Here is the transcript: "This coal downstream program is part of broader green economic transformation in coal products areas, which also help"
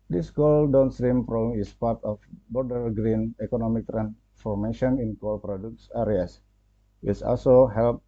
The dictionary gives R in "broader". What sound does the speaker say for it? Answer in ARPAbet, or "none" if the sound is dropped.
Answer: none